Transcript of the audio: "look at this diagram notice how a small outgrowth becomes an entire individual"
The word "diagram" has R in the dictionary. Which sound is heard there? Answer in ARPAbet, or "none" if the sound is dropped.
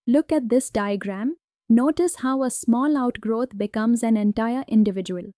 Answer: R